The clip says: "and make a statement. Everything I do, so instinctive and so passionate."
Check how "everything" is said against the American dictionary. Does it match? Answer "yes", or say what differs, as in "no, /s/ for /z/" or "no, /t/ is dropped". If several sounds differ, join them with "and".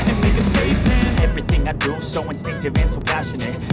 yes